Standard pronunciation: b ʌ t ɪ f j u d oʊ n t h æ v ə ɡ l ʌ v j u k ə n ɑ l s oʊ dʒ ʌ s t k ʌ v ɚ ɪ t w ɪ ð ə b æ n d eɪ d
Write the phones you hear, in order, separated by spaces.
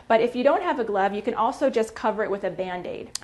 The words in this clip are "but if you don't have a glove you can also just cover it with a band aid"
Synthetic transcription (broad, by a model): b ʌ t ɪ f j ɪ d oʊ n t h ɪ v ə ɡ l ʌ v j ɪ k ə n ɑ l s oʊ dʒ ʌ s k ʌ v ɚ ɪ t w ɪ ð ə b æ n d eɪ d